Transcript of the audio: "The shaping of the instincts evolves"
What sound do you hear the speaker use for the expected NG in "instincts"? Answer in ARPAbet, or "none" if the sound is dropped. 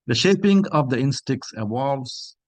none